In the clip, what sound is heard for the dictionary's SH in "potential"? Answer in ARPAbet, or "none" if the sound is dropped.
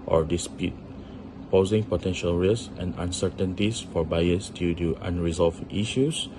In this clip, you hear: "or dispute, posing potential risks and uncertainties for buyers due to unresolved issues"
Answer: SH